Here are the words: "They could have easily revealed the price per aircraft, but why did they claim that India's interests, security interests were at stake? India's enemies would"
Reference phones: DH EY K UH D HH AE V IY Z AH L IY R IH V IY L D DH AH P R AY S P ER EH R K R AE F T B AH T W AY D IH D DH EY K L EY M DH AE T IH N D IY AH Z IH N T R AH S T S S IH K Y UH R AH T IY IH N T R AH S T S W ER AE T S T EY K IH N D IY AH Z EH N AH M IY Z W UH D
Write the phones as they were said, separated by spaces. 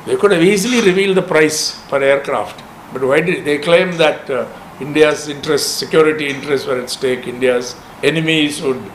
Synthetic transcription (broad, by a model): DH EY K UH D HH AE V IY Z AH L IY R IH V IY L D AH P R AY S F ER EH R K R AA F T B AH T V AY D IH D EY K L EY M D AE T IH N D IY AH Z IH N T R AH S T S S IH K Y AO R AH T IY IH N T R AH S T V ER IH T S T EY K IH N D IY AH Z EH N AH M IY Z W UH D